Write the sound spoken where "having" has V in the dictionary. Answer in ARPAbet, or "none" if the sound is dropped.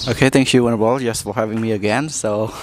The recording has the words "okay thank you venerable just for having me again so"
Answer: V